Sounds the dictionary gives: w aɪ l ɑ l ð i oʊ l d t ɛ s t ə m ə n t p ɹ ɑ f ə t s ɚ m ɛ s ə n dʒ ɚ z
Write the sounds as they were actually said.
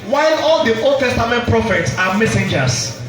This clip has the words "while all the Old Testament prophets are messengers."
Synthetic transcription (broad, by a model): w aɪ l ɑ l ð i oʊ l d t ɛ s t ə m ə n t p ɹ ɑ f ə t s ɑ m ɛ s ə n dʒ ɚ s